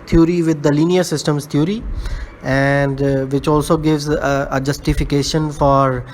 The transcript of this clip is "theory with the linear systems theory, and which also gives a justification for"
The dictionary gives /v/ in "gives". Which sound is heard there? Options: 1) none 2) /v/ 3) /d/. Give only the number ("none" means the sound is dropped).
2